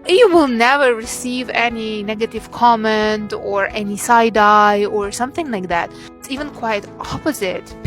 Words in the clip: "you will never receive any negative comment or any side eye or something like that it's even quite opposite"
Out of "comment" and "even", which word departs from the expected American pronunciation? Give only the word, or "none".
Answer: none